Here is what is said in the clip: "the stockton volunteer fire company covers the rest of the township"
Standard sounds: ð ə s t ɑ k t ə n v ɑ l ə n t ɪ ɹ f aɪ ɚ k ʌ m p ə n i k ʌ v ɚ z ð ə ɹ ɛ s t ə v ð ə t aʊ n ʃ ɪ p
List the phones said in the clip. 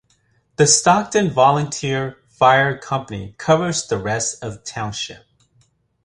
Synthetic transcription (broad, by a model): ð ə s t ɑ k t ə n v ɑ l ə n t ɪ ɹ f aɪ ɚ k ʌ m p ə n i k ʌ v ɚ z ð ə ɹ ɛ s t ə v t aʊ n ʃ ɪ p